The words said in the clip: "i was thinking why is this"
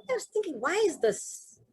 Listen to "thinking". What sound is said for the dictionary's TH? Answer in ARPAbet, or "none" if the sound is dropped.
TH